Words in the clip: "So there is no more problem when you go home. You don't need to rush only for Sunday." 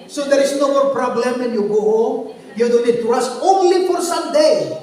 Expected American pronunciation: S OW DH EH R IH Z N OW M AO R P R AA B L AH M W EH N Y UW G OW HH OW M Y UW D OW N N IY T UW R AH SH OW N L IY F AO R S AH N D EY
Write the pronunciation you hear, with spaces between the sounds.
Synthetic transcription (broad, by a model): S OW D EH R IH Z N OW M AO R P R AA B L AH M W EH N Y UW G OW HH OW M Y UW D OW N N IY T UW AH S OW N L IY F AO R S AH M D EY